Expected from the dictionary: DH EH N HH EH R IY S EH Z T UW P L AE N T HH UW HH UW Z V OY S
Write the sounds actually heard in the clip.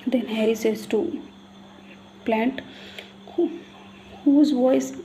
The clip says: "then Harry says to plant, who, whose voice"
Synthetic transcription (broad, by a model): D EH N HH EH R IY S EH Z T UW P L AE N T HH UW HH UW Z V OY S